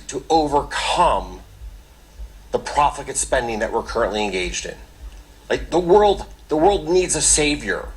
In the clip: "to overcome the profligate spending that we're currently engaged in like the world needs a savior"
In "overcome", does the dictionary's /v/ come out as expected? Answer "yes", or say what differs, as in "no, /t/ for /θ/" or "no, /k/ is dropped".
yes